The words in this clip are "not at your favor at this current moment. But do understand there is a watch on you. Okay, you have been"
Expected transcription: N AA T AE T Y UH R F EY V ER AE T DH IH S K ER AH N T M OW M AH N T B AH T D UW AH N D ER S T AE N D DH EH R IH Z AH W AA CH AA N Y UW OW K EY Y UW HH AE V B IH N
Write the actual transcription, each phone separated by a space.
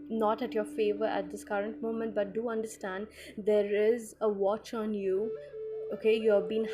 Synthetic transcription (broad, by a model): N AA T AE T Y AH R F EY V ER AE T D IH S K ER AH N T M OW M AH N T B AH T D UW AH N D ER S T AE N D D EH R IH Z AH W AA CH AA N Y UW OW K EY Y UW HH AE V B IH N